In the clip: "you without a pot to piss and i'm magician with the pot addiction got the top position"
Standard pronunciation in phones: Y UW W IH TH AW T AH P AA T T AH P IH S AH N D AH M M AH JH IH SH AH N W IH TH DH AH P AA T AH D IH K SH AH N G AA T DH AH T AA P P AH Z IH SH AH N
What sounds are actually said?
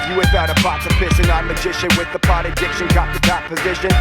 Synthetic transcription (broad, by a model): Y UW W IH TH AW T AH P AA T S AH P IH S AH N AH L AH JH IH SH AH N W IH DH AH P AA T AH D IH K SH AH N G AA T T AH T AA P P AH Z IH SH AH N